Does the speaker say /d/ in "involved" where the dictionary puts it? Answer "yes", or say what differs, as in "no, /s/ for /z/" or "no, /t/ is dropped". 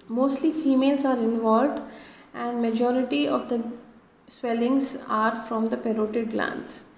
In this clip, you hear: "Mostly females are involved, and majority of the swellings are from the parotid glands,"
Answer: yes